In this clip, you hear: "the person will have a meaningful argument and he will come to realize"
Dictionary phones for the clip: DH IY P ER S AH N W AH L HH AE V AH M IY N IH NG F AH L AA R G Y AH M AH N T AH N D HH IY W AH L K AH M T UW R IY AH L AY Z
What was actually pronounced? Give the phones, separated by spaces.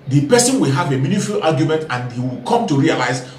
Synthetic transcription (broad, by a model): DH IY P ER S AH N W AH L HH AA V AH M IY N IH F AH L AA G Y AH M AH N T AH N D HH IY W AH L K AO M T UW R IY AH L AY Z